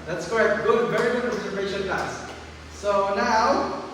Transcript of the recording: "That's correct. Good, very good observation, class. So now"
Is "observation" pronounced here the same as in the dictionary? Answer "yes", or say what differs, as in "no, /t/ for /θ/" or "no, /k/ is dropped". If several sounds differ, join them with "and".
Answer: no, /b/ is dropped